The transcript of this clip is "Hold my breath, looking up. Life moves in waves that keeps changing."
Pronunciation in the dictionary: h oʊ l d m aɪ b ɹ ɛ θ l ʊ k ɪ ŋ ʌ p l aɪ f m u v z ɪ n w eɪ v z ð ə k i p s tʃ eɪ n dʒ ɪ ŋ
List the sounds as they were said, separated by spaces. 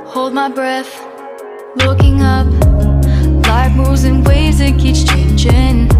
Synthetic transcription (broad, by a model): h oʊ l d m aɪ b ɹ ɛ θ l ʊ k ɪ ŋ ʌ p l aɪ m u z ɪ n w eɪ z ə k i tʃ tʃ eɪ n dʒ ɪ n